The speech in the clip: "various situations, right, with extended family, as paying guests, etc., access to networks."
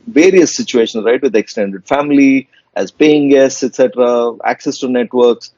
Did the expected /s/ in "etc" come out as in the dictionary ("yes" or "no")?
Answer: yes